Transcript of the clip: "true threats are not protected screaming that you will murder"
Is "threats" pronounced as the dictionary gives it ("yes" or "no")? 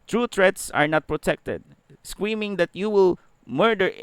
no